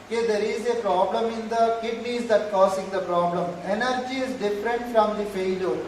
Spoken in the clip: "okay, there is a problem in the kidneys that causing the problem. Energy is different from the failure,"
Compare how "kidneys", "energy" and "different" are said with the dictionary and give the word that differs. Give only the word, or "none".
none